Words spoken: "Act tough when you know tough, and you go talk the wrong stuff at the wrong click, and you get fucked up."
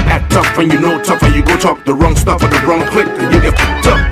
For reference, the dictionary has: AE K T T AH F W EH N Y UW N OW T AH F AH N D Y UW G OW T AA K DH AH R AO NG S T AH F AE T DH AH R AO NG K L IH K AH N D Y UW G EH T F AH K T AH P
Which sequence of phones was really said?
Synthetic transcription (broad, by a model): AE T T AH F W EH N Y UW N OW T AH F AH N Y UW G OW T AA K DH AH R AO NG S T AH F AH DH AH R AO NG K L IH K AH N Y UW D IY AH T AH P